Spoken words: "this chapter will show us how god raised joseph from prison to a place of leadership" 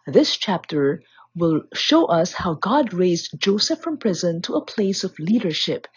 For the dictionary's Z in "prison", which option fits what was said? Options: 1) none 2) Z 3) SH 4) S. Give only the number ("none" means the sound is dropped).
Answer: 2